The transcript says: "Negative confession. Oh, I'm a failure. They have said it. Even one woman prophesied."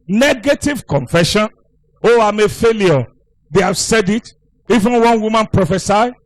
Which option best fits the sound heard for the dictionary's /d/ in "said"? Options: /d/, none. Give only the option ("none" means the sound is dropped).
/d/